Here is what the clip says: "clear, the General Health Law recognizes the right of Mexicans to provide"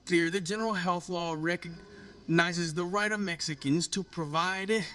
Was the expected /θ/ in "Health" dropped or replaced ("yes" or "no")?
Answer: no